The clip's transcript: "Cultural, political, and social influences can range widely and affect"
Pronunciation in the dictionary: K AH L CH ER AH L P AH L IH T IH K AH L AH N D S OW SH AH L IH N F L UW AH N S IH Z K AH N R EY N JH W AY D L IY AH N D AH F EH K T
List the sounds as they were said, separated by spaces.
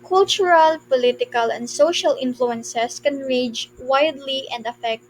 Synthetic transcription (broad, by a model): K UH L CH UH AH L P AH L IH T IH K AH L AH N D S OW SH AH L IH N F L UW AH N S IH S K AH N R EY JH W AY D L IY AH N D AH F EH K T